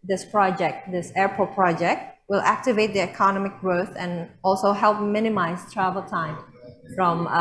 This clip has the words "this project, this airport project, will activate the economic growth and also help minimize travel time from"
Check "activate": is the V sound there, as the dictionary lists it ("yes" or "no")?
yes